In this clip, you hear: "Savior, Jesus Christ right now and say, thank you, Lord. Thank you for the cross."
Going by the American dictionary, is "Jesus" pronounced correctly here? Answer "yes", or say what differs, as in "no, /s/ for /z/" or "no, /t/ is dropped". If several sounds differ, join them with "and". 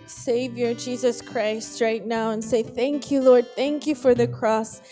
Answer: yes